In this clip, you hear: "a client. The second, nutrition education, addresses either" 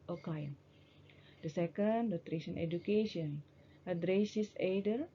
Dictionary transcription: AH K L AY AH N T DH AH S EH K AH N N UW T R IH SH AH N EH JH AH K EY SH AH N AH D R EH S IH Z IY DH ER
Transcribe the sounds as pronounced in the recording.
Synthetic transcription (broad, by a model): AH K AY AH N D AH S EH K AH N N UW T R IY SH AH N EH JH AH K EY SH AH N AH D R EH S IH S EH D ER